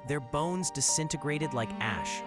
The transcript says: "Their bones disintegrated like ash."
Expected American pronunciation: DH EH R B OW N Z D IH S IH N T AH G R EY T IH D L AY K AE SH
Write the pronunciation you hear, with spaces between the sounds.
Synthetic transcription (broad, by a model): DH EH R B OW N Z D IH S IH N T AH G R EY T IH D L AY K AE SH